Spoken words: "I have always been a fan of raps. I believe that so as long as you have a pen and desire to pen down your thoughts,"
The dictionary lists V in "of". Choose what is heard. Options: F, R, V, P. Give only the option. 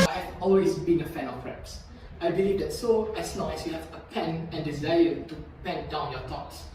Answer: P